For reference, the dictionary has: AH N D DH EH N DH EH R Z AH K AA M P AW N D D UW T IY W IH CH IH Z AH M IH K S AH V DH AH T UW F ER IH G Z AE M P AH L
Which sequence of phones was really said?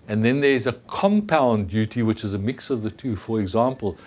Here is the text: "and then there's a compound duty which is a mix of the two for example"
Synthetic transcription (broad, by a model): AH N DH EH N DH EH R Z AH K AA M P AW N D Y UW T IY W IH CH IH Z AH M IH K S AH V DH AH T UW F ER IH G Z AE M P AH L